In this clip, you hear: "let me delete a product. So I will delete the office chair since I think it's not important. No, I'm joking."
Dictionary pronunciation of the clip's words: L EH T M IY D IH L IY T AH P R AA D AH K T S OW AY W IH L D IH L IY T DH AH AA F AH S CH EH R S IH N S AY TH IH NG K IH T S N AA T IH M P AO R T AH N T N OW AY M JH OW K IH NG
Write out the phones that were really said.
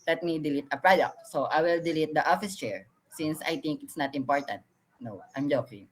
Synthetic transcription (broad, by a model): L EH T M IY D IH L IY T AH P R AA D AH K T S OW AY W IH L D IH L IY T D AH AA F AH S CH EH R S IH N S AY T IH NG K IH T S N AA T IH M P AO R T AH N T N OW AY M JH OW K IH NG